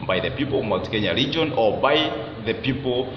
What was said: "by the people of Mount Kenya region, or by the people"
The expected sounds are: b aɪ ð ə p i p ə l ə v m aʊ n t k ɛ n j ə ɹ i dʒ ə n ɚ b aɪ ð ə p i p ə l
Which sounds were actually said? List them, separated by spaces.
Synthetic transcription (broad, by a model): b aɪ ð ə p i p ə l ə v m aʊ t k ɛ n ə ɹ i dʒ ə n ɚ b aɪ ð ə p i p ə l